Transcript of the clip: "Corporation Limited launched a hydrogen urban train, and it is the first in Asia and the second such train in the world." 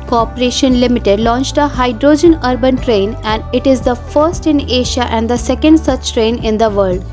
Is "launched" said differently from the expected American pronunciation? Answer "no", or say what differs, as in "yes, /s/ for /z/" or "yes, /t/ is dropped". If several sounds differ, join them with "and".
no